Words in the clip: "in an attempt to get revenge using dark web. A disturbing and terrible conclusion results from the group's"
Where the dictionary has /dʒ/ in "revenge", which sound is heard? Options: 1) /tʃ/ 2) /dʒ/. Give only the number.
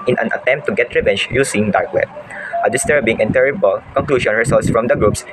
1